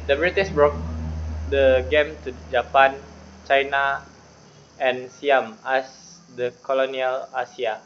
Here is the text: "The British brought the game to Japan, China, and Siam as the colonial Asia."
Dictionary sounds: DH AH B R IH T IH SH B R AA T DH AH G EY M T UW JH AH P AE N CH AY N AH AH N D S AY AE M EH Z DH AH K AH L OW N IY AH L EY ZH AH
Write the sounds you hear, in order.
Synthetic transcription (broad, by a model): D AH B R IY T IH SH B R AA T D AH G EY M T UW JH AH P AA N CH AY N AH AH N S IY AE M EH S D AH K AH L OW N IY AH L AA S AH